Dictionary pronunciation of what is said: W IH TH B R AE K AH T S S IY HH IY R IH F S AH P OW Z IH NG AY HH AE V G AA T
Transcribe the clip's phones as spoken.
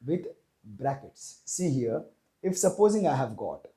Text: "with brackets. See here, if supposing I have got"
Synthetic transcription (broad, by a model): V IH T B R AE K AH T S S IY HH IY R IH F S AH P OW Z IH NG AY HH AE V G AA T